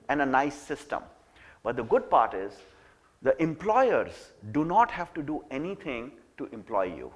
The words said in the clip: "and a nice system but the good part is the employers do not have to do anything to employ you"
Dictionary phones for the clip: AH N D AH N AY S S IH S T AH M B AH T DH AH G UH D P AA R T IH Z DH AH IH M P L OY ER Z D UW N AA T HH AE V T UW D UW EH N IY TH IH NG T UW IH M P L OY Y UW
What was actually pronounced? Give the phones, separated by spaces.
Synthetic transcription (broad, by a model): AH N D AH N AY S S IH S T AH M B AH T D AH G UH D P AA R T IH Z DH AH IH M P L OY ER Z D UW N AA T HH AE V T UW D UW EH N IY T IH NG T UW IH M P L OY Y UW